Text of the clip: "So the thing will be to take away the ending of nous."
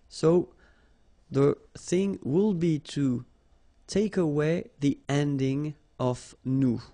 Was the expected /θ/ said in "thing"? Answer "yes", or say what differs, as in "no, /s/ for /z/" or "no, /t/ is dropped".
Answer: yes